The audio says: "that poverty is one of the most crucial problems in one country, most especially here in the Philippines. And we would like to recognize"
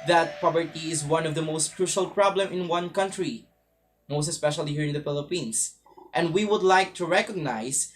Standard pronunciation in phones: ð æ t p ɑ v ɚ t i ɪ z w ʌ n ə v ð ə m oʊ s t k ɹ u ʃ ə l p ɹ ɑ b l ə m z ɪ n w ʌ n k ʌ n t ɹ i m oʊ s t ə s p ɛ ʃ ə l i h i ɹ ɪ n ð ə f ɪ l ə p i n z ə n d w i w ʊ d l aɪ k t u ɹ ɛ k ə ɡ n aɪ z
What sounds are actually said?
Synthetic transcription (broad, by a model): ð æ t p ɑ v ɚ t i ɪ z w ʌ n ə v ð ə m oʊ s t k ɹ u ʃ ə l p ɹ ɑ b l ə m ɪ n w ʌ n k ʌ n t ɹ i m oʊ s t ə s p ɛ ʃ ə l i h i ɹ ɪ n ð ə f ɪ l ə p i n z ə n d w i w ʊ d l aɪ k t u ɹ ɛ k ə ɡ n aɪ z